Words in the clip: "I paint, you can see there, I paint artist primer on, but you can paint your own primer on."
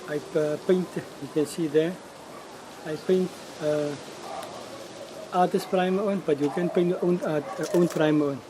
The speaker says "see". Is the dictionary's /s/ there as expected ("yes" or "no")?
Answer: yes